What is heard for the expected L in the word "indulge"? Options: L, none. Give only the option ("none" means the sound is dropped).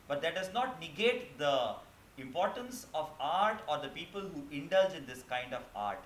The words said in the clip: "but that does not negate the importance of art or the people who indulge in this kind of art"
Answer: L